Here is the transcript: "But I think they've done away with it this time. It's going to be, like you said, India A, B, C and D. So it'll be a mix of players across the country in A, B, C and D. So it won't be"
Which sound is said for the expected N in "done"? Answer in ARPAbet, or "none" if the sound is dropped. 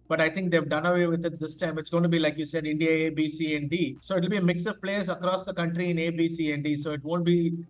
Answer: N